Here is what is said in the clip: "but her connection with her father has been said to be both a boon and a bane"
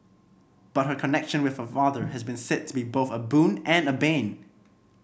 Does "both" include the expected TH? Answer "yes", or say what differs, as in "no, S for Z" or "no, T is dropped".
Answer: yes